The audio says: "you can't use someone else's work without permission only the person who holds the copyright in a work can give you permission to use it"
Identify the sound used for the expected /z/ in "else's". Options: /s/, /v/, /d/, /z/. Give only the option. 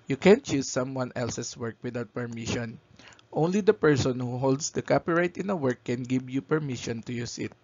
/s/